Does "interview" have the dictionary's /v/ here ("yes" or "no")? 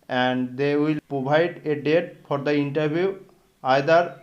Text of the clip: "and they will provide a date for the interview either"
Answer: no